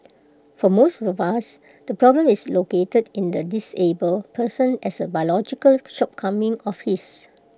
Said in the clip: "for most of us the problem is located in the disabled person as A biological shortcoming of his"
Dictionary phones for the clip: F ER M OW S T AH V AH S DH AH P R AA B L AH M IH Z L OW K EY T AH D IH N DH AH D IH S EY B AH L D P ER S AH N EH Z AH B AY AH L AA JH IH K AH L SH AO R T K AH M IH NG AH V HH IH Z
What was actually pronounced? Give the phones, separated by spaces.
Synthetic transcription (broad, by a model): F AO M OW S T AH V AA S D AH P R AA B L AH M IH S L OW K EY T AH D IH N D AH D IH S EY B AH L P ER S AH N EH S AH B AY L AA JH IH K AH L SH AO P K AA M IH NG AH F HH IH S